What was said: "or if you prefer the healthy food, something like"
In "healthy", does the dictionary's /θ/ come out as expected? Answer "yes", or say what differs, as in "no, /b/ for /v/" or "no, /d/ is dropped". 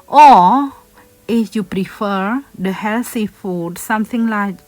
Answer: no, /s/ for /θ/